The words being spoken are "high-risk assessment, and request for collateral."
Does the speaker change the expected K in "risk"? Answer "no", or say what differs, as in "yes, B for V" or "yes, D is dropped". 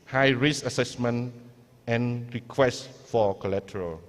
yes, K is dropped